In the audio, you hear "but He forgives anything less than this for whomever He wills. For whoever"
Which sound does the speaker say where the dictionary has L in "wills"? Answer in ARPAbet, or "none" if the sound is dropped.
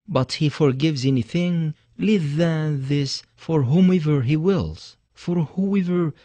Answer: L